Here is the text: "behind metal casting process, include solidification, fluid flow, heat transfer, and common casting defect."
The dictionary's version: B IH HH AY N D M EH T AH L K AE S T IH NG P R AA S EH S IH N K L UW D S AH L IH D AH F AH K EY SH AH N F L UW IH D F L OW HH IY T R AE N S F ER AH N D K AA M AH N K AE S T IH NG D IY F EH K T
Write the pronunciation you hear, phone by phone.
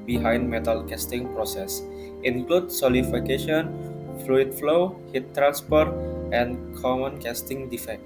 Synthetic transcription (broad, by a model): B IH HH AY N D M EH T AH L K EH S T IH NG P R AA S EH S IH N K L UW D S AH L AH F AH K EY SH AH N F L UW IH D F L OW HH IY T R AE N S P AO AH N K AA M AH N K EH S T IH NG D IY F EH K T